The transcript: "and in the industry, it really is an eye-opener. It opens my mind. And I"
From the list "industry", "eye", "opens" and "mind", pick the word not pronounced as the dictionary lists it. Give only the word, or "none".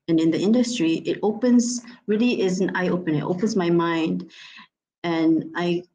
none